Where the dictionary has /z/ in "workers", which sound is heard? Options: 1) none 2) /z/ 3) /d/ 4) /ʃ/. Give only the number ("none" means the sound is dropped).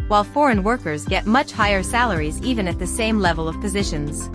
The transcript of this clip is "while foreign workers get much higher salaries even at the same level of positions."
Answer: 2